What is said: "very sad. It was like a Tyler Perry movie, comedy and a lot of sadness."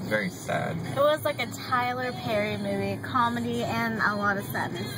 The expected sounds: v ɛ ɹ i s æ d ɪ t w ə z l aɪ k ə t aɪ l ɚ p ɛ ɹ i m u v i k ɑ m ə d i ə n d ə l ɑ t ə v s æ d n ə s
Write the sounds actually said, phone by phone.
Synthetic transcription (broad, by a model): v ɛ ɹ i s æ d ɪ t w ə z l aɪ k ə t aɪ l ɚ p ɛ ɹ i m u v i k ɑ m ə d i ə n ə l ɑ t ə v s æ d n